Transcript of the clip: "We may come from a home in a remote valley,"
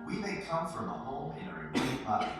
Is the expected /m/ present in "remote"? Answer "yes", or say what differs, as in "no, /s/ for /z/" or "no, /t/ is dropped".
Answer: no, /m/ is dropped